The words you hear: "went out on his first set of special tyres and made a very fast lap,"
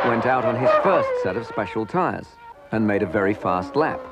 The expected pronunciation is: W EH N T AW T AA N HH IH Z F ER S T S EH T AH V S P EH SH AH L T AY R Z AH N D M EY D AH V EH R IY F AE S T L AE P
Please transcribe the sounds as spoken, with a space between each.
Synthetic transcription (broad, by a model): W EH N T AW T N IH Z F ER S T S EH T AH V S P EH SH L T AY R Z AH N M EY D AH V EH R IY F AE S T L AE P